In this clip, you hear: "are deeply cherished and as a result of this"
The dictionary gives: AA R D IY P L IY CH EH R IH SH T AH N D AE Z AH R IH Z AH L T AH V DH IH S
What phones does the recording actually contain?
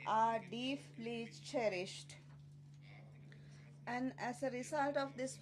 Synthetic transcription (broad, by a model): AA R D IY P L IY CH EH R IH SH T AH N D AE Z AH R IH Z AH L T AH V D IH S